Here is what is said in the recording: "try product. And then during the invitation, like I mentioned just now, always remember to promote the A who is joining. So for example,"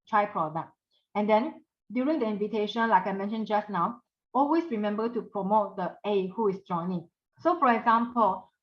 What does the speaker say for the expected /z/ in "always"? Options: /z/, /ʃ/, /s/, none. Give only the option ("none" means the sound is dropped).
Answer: /s/